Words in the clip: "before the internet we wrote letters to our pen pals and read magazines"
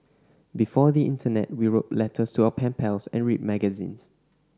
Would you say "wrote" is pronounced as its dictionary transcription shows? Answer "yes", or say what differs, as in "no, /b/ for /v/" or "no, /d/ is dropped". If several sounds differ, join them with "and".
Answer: yes